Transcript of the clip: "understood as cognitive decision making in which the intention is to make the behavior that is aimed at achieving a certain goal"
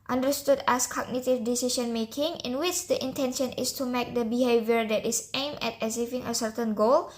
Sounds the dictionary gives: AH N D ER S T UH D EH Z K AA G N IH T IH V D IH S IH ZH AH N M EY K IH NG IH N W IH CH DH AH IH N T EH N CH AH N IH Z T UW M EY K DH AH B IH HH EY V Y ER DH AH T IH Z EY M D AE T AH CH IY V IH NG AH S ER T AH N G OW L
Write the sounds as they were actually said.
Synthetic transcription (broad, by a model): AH N D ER S T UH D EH S K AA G N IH T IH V D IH S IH SH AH N M EY K IH NG IH N W IH CH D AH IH N T EH N SH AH N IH S T UW M EY K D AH B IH HH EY V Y ER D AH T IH S EY M EH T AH S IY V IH NG AH S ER T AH N G OW L